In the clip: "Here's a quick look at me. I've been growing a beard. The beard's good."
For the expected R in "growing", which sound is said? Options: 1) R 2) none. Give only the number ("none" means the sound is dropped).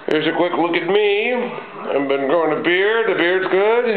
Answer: 2